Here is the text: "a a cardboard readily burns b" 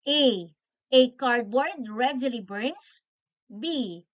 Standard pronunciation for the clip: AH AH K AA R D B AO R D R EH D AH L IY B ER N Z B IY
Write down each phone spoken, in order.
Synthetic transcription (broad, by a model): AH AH K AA R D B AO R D R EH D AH L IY B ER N S B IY